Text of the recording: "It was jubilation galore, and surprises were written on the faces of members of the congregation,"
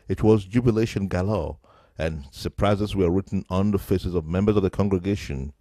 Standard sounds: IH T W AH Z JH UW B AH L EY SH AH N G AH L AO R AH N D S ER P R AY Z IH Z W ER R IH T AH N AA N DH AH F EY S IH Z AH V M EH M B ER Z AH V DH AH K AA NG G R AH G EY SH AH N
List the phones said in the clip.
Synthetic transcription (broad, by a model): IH T W AH Z JH UW B AH L EY SH AH N G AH L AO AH N S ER P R AY Z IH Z W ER R IH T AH N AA N DH AH F EY S IH Z AH V M EH M B ER Z AH V DH AH K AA NG G R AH G EY SH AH N